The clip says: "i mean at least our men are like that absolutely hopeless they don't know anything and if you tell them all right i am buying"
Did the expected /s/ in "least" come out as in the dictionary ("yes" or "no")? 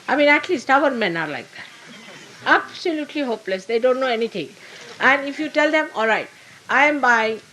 yes